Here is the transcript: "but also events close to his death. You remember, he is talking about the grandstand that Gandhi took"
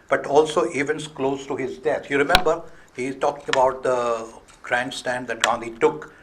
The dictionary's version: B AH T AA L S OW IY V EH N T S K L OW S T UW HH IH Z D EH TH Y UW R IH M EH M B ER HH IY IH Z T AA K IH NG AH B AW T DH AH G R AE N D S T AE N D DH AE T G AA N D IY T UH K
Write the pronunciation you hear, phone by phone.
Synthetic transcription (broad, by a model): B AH T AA L S OW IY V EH N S K L OW S T UW HH IH Z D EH S Y UW R IH M EH M B ER HH IY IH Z T AA K IH NG AH B AW T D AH G R AE N D S T AE N D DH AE T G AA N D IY T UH K